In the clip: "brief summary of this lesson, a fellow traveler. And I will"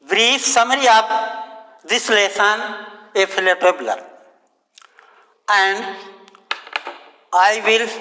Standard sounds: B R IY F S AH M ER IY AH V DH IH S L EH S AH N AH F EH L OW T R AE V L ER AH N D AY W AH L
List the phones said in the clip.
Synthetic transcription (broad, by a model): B R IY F S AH M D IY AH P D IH S L EH S AH N AH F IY L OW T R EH B L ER AH N D AY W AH L